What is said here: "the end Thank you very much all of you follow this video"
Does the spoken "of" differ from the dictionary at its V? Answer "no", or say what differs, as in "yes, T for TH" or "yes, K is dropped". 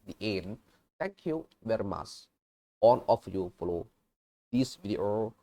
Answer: yes, F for V